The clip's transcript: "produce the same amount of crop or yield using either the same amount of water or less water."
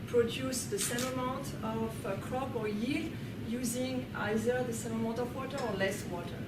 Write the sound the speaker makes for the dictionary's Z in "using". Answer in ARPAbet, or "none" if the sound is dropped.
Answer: Z